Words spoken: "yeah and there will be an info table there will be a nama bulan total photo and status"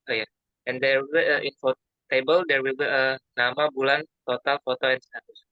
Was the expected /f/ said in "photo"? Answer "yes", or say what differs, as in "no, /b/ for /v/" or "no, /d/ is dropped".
yes